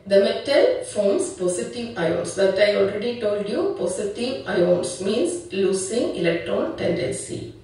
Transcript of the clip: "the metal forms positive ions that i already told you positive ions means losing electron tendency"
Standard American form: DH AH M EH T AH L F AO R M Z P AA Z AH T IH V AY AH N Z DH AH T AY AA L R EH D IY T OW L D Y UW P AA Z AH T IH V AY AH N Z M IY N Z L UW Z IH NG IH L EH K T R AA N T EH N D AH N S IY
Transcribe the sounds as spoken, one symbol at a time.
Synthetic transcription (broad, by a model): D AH M EH T AH L F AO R M S P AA S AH T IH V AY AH N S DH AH T AY AA L R EH D IY T OW L D Y UW P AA S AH T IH V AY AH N S M IY N S L UW S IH NG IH L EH K T R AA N T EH N D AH N S IY